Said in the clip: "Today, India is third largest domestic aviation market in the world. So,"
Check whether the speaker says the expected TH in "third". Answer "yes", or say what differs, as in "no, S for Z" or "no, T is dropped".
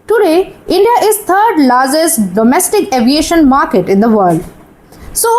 no, T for TH